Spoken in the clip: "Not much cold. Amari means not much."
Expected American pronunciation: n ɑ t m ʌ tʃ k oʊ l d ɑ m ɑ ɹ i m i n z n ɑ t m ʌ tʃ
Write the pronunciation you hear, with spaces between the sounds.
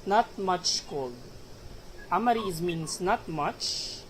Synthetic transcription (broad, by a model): n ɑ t m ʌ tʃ k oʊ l ɑ m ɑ ɹ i m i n s n ɑ t m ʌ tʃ